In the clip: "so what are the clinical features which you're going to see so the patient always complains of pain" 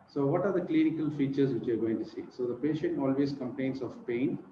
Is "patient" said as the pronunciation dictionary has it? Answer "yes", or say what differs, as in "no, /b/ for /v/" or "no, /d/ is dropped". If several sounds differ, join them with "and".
yes